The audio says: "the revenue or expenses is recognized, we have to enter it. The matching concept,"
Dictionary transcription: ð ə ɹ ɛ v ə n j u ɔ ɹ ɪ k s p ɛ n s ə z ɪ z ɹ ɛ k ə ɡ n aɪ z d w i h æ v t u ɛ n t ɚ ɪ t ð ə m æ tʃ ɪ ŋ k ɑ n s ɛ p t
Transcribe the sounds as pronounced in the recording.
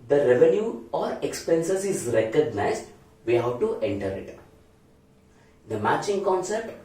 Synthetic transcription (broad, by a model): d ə ɹ ɛ v ə n j u ɔ ɹ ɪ k s p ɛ n s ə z ɪ z ɹ ɛ k ə ɡ n aɪ z d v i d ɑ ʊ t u ɛ n t ɚ ɪ t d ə m æ tʃ ɪ ŋ k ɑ n s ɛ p t